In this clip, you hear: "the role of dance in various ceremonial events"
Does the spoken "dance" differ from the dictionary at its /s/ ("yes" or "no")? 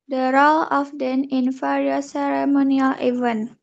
yes